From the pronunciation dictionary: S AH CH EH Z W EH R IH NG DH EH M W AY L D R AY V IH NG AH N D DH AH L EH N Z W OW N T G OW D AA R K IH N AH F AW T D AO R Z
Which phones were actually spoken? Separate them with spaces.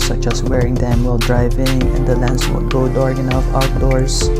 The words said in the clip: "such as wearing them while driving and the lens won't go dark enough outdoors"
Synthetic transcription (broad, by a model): S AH CH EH S W EH R IH NG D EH M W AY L D R AY V IH NG AH N D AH L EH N S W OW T G OW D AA R IH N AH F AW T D AO R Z